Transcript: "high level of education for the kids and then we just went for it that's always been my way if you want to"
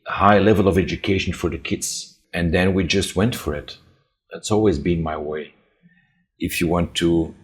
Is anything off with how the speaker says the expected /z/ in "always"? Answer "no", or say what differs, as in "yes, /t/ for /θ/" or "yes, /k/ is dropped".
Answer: no